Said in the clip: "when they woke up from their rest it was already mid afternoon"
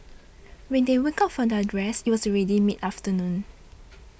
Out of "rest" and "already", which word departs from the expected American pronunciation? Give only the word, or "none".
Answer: rest